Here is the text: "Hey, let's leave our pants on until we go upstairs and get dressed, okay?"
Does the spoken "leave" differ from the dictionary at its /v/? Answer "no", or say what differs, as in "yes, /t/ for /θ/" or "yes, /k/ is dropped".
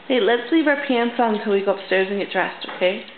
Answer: no